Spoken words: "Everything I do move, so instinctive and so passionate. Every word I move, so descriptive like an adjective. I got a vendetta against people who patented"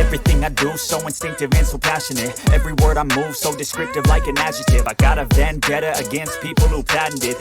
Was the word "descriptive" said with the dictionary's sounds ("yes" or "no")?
yes